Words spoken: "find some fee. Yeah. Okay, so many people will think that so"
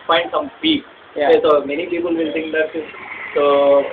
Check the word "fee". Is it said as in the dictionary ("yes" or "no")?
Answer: no